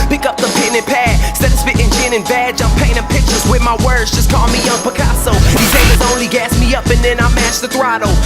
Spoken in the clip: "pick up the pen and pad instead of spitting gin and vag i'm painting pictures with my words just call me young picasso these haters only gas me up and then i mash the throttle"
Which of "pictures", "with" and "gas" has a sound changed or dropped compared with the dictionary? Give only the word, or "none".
none